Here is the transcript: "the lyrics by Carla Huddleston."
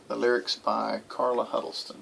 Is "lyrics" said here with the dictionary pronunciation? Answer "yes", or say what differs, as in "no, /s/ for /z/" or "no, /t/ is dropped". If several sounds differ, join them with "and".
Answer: yes